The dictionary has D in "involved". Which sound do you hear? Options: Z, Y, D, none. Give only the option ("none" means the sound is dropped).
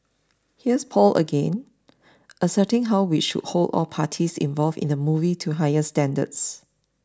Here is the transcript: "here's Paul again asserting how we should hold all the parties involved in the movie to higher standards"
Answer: none